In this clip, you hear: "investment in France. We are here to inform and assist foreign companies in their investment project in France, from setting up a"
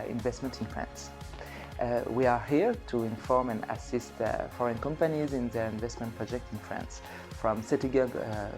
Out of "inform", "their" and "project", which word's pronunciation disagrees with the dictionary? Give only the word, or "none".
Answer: none